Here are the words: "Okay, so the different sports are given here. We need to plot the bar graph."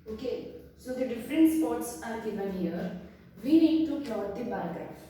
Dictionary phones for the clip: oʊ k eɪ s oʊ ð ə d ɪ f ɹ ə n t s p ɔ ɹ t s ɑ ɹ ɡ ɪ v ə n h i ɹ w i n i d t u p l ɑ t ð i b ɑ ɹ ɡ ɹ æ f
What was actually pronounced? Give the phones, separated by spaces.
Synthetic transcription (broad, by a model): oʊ k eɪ s oʊ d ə d ɪ f ɹ ə n t s p ɔ ɹ t s ɑ ɹ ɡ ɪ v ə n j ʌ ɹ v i n i d t u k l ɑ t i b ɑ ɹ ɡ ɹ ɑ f